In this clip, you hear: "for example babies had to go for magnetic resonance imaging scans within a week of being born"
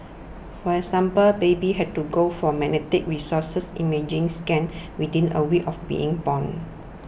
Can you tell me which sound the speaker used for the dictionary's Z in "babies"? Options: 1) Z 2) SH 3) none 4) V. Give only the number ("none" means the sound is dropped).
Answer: 3